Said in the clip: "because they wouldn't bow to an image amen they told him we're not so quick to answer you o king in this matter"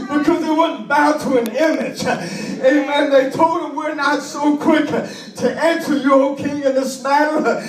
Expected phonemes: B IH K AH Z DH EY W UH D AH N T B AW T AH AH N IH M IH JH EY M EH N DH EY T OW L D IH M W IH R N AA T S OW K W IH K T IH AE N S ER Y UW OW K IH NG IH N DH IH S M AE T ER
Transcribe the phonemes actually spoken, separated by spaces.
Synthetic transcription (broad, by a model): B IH K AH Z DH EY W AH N B AW T AH AH N IH M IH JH EY M EH N DH EY T OW L D IH M W IH R N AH T S OW K W IH K T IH AE N S ER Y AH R K IH NG IH N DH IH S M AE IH